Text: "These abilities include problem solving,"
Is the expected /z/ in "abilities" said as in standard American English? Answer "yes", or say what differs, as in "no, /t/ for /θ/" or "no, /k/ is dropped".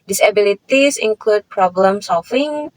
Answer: no, /s/ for /z/